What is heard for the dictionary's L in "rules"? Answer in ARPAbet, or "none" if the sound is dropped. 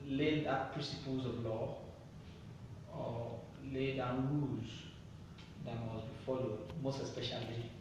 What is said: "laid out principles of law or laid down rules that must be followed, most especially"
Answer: none